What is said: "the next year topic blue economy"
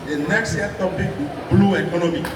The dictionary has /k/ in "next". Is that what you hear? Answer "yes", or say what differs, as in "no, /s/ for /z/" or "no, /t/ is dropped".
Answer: no, /k/ is dropped